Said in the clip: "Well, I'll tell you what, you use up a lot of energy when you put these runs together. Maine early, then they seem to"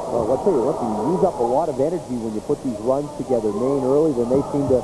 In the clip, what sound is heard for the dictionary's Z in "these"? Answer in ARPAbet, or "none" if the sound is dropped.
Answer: Z